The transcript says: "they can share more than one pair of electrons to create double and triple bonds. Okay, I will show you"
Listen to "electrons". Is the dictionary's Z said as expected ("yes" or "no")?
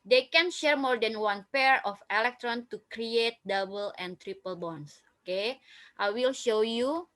no